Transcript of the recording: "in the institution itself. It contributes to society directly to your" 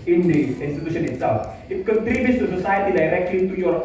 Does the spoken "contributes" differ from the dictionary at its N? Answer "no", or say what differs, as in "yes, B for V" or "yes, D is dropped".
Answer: yes, N is dropped